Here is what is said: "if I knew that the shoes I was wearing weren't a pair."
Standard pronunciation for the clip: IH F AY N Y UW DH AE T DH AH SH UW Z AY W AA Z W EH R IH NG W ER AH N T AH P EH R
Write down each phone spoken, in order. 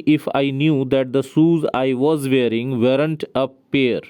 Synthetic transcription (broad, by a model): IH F AY N Y UW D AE T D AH S UW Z AY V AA Z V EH R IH NG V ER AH N T AH P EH R